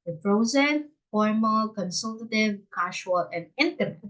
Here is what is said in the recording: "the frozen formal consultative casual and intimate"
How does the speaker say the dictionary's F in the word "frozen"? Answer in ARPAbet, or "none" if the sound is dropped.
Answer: P